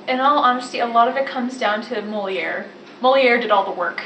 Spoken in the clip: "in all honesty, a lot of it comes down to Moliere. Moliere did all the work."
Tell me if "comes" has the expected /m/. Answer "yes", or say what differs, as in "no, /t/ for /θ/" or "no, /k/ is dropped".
yes